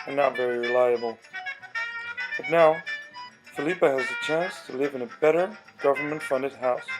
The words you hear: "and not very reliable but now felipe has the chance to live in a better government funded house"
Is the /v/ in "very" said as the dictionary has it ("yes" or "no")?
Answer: yes